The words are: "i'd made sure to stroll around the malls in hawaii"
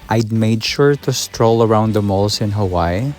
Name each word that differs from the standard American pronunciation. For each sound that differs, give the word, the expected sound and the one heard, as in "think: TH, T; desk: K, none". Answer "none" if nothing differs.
malls: Z, S